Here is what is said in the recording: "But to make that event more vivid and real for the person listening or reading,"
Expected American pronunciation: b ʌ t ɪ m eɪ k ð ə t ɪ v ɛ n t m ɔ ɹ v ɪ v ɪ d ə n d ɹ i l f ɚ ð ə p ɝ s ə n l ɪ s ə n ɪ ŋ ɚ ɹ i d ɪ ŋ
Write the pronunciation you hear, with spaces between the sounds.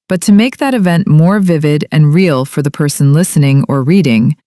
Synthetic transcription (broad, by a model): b ʌ t ɪ m eɪ k ð ə t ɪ v ɛ n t m ɔ ɹ v ɪ v ɪ d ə n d ɹ i l f ɚ ð ə p ɝ s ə n l ɪ s ə n ɪ ŋ ɚ ɹ i d ɪ ŋ